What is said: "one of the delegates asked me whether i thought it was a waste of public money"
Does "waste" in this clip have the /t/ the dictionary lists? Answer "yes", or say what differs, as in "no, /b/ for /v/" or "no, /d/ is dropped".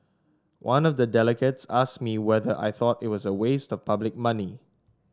yes